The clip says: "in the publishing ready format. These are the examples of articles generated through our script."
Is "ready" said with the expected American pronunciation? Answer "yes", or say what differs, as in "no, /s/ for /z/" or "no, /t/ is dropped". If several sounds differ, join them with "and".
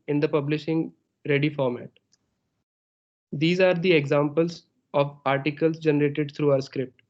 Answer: yes